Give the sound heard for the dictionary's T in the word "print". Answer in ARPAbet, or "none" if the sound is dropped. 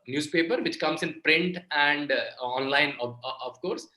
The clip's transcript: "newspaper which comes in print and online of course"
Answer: T